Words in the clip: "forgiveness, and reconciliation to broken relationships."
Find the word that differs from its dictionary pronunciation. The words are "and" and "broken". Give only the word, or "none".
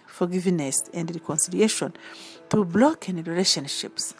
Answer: broken